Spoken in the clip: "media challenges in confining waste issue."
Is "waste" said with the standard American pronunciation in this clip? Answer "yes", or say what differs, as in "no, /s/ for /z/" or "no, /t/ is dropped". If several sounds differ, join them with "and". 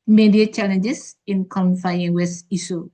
no, /t/ is dropped